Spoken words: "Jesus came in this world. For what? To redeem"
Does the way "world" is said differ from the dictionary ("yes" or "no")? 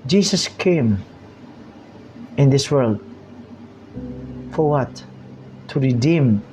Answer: no